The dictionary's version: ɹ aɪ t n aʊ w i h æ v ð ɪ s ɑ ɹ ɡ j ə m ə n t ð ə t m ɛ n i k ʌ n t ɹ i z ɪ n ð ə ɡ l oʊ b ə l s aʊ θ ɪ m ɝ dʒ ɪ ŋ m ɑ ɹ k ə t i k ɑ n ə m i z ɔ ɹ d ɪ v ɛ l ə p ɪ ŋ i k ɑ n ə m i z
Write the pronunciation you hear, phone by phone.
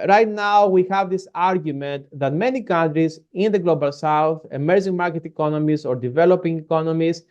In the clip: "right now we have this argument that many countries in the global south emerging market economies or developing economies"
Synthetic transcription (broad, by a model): ɹ aɪ t n aʊ w i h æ v ð ɪ s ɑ ɹ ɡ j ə m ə n t ð ə t m ɛ n i k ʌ n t ɹ i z ɪ n ð ə ɡ l oʊ b ə l s aʊ θ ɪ m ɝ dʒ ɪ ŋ m ɑ ɹ k ə t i k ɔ n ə m i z ɔ ɹ d ɪ v ɛ l ə p ɪ ŋ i k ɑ n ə m i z